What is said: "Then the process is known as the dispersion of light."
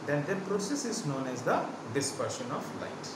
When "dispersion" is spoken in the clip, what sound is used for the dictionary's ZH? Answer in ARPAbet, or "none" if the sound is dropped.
SH